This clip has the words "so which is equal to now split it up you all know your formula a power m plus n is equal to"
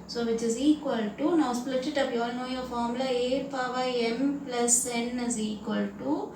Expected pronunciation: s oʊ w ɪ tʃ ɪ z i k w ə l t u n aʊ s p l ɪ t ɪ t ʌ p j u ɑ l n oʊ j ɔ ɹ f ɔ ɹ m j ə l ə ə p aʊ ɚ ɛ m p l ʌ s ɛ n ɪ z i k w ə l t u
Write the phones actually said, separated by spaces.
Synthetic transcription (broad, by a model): s oʊ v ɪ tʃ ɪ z i k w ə l t u n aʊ s p l ɪ t ɪ t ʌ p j ɑ l n oʊ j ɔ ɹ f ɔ ɹ m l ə ə ə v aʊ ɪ ɛ m p l ʌ s ɛ n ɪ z i k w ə l t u